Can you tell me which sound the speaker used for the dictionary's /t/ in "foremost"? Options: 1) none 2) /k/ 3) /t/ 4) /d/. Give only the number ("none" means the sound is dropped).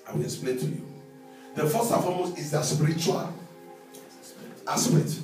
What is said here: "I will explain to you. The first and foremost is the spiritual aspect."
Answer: 1